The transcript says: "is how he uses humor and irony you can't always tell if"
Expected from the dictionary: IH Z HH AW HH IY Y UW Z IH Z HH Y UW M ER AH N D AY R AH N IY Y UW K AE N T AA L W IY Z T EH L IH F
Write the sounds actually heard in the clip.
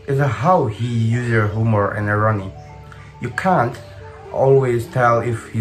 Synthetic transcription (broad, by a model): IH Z HH AW HH IY Y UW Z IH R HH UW M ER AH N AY R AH N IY Y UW K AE N T AA L W IY Z T EH L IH F